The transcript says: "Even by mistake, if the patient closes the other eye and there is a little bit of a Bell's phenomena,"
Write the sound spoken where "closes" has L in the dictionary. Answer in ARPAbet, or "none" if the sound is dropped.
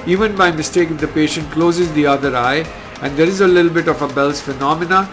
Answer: L